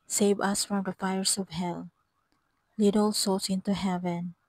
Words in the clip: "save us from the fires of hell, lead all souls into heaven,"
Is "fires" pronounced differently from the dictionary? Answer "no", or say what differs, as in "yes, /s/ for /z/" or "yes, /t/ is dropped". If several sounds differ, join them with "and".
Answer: yes, /s/ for /z/